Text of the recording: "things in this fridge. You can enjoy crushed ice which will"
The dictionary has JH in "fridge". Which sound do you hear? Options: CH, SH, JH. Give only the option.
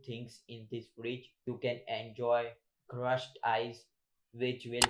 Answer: CH